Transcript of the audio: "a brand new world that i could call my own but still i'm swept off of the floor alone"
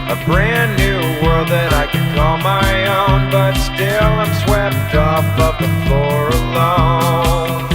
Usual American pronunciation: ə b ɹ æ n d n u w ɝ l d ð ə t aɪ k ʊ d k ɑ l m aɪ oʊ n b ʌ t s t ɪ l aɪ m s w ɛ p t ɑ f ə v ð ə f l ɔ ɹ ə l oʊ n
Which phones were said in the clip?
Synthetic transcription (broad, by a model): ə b ɹ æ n n u w ɝ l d ð ə t aɪ k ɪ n k ɑ l m aɪ oʊ n b ʌ t s t ɪ l aɪ m s w ɛ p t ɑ p ə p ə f ɔ ɹ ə l oʊ n